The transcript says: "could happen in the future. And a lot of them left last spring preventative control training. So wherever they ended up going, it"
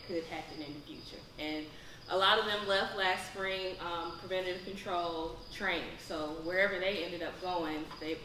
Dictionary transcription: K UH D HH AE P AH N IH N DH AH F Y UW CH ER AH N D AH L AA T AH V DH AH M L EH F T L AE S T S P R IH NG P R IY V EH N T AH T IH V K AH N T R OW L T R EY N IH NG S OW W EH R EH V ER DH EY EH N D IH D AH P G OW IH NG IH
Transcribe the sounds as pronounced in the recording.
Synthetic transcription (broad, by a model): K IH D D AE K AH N IH N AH F Y UW CH ER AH N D AH L AA T AH V DH AH M L EH F T L AE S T S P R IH NG P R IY V EH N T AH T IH K AH N T R OW L T R EY N IH NG S OW W EH R EH V ER DH EY EH N D IH D AH P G OW IH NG IH